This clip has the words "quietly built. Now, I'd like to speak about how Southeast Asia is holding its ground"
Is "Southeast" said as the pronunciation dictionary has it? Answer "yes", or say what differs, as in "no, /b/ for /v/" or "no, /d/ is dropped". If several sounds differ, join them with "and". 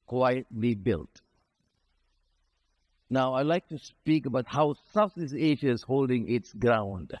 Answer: no, /t/ is dropped